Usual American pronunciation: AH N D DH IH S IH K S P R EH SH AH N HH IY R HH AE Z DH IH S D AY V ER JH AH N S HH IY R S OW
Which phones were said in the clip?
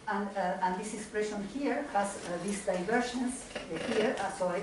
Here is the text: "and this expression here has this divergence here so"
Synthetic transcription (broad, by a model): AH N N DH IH S IH K S P R EH SH AH N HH IY R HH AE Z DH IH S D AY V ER SH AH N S HH IY R S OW